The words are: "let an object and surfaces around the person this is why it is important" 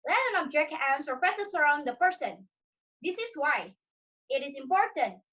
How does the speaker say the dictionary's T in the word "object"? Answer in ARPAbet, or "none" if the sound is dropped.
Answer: none